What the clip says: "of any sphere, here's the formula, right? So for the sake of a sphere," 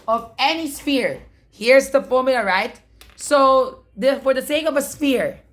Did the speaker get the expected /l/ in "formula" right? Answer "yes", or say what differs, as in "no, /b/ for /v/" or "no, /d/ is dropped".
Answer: no, /l/ is dropped